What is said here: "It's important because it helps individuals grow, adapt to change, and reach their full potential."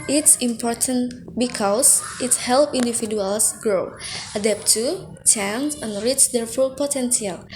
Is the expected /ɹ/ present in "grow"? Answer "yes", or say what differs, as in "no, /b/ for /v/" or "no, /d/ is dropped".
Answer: yes